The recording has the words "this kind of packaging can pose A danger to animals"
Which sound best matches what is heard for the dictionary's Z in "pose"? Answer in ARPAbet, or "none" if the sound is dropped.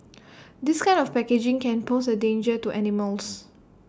S